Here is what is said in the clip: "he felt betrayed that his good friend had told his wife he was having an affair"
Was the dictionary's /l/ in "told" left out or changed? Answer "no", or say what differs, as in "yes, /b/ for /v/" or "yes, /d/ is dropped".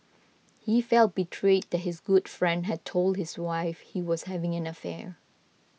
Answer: no